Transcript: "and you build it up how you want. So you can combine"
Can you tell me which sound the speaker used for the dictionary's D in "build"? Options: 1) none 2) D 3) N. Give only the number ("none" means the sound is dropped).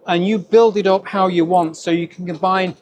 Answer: 2